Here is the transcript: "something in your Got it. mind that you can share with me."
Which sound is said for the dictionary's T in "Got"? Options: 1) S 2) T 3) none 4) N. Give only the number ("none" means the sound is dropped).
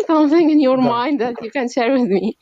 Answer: 3